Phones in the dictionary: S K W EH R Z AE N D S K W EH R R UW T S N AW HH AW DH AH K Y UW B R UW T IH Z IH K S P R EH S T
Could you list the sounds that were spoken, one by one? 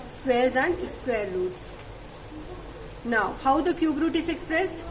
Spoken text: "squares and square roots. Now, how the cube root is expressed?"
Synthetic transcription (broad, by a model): S K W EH R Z AE N D S K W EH R L UW T S N AW HH AW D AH K Y UW B R UW T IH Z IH K S P R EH S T